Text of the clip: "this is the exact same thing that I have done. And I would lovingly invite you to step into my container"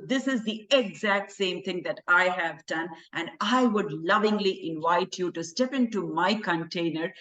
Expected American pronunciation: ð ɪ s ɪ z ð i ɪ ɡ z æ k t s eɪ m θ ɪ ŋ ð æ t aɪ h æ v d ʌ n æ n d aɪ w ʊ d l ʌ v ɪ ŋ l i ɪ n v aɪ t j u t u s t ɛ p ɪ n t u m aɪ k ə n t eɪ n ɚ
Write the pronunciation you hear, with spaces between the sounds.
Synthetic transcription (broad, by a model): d ɪ s ɪ z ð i ɪ ɡ z æ k t s eɪ m t ɪ ŋ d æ t aɪ h æ v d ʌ n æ n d aɪ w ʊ d l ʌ v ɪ ŋ l i ɪ n v aɪ t j u t u s t ɛ p ɪ n t u m aɪ k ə n t eɪ n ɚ